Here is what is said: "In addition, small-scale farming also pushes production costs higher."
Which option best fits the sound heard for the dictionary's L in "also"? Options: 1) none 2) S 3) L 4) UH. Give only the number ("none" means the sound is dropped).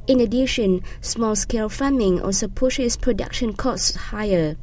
1